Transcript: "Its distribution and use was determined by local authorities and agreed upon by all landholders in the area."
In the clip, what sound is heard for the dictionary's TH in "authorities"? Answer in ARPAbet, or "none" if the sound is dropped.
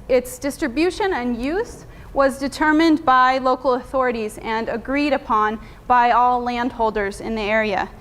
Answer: TH